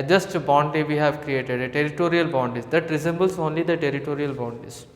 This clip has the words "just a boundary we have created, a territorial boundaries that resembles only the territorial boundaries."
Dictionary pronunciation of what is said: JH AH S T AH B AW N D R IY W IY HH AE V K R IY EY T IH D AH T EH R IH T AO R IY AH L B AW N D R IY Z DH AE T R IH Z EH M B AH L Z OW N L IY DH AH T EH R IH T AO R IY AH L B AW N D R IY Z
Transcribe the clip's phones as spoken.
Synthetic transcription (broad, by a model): JH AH S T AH B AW N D IY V IY HH AE V K R IY EY T IH D AH T EH R IH T AO R IY AH L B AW N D IY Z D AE T R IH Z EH M B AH L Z OW N L IY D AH T EH R IH T AO R IY AH L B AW N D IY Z